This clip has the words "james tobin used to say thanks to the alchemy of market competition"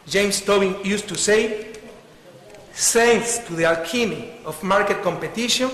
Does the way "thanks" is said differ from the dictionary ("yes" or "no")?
yes